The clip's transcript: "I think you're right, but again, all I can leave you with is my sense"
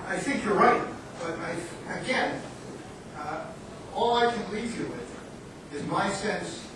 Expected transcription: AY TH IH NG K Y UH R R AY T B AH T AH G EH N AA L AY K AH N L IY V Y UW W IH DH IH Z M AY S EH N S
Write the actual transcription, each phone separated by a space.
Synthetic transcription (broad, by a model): AY TH IH NG K Y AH R R AY T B AH T AH G EH N AA L AY K AH N L IY V Y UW W IH DH IH Z M AY S EH N S